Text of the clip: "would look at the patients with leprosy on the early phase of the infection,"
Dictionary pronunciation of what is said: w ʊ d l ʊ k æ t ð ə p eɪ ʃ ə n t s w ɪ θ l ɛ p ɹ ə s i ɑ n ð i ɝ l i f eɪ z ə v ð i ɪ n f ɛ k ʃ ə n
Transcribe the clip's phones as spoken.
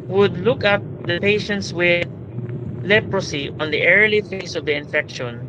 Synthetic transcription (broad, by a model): w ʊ d l ʊ k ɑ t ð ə p eɪ ʃ ə n t s w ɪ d l ɛ p ɹ ə s i ɑ n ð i ɝ l i f eɪ s ə v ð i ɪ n f ɛ k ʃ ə n